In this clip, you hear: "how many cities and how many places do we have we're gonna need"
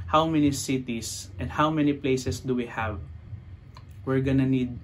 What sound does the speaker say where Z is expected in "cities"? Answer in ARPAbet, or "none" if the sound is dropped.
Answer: S